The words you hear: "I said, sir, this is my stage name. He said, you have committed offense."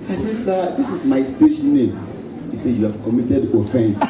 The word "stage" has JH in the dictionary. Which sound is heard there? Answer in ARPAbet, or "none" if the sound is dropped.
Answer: SH